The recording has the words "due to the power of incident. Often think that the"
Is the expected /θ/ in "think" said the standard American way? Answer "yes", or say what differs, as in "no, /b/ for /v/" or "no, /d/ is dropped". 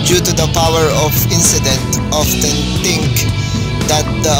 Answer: no, /t/ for /θ/